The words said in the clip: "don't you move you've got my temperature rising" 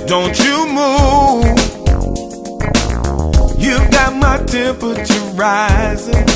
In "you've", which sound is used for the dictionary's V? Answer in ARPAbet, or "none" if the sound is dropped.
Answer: V